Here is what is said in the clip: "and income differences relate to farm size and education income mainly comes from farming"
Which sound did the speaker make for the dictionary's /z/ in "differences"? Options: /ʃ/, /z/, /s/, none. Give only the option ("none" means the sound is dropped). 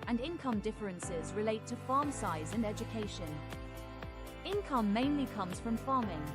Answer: /z/